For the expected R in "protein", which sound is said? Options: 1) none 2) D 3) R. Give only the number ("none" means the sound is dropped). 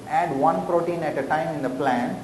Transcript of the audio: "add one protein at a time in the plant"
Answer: 3